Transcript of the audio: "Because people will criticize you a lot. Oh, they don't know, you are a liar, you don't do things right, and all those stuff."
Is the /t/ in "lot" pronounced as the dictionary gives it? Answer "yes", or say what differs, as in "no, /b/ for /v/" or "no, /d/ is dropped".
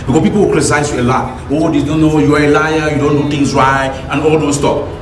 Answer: no, /t/ is dropped